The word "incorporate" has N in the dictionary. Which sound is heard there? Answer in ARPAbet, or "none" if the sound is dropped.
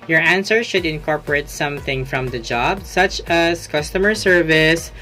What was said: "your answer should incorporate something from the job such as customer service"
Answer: N